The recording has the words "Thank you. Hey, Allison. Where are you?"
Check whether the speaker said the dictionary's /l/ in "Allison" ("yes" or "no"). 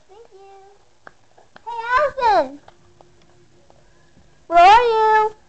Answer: no